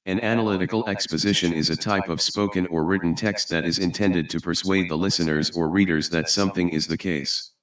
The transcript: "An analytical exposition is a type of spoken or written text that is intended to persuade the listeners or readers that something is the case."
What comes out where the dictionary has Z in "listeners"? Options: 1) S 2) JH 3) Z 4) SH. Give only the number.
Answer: 3